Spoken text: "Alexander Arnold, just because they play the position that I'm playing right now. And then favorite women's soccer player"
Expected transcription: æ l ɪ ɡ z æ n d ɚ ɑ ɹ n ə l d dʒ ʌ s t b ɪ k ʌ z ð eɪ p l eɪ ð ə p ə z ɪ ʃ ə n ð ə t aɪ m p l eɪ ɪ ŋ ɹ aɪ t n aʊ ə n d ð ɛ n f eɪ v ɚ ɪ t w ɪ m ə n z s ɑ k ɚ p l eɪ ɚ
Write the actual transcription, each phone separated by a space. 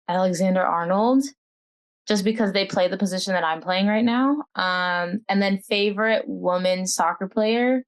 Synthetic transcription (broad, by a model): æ l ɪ ɡ z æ n d ɚ ɑ ɹ n l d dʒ ʌ s b ɪ k ʌ z ð eɪ p l eɪ ð ə p ə z ɪ ʃ ə n ð ə t aɪ m p l eɪ ɪ ŋ ɹ aɪ t n aʊ ə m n ð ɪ n f eɪ v ɚ ɪ t w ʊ m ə n s ɑ k ɚ p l eɪ ɚ